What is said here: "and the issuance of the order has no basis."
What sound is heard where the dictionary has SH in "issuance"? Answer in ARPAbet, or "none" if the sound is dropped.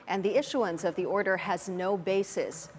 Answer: SH